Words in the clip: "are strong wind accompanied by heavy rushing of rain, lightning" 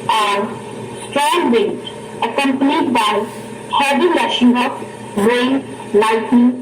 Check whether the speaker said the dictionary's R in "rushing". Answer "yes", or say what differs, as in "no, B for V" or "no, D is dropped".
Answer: no, L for R